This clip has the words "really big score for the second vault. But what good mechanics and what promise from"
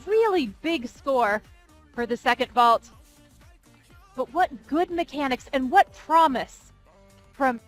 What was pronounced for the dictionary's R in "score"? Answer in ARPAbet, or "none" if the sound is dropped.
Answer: R